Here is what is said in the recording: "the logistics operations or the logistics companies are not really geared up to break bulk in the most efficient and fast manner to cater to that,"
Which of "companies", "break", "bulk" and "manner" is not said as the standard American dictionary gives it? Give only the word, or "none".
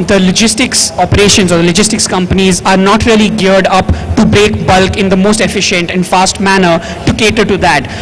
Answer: none